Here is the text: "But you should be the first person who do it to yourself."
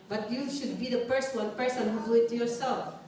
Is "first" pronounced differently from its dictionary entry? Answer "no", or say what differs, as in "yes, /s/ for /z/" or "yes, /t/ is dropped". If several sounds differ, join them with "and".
yes, /p/ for /f/